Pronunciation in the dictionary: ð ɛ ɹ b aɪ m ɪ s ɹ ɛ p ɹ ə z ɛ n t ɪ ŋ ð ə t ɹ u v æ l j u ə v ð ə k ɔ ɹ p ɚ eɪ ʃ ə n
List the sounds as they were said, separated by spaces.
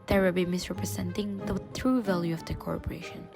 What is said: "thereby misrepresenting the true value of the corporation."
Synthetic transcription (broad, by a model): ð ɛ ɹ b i m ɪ s ɹ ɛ p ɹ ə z ɛ n t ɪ ŋ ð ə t ɹ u v æ l j u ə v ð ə k ɔ ɹ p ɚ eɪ ʃ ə n